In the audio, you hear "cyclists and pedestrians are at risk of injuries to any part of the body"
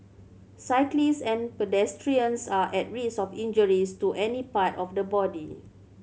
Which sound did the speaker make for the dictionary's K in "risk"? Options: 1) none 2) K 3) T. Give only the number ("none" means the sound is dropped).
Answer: 1